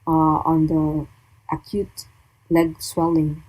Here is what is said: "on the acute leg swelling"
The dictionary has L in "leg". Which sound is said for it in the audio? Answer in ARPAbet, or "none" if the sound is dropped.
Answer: L